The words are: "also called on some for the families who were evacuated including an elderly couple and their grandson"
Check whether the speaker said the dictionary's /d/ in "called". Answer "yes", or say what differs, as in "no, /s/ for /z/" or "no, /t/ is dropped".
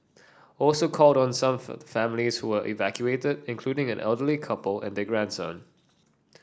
yes